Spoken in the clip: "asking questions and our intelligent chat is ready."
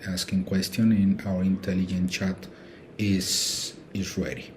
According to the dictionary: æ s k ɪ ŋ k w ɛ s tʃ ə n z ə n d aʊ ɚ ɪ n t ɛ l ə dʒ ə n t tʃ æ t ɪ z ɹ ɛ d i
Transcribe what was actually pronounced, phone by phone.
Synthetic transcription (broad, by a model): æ s k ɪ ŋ k w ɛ s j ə n ə n aʊ ɚ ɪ n t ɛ l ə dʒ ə n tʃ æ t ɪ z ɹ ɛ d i